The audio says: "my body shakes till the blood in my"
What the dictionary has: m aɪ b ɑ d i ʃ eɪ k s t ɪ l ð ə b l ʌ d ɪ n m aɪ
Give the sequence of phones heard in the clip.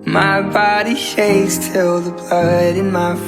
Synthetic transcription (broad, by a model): m aɪ b ɑ d i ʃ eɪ s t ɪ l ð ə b ʌ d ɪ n m aɪ